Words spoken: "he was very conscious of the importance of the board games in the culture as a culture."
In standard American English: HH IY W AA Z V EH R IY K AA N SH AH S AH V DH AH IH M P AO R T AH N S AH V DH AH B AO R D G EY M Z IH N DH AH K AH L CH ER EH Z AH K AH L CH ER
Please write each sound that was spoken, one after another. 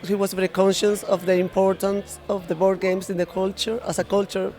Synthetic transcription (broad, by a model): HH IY W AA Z V EH R IY K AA N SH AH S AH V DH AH IH M P AO R T AH N S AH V DH AH B AO R D G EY M S IH N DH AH K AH L CH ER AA S AH K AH L CH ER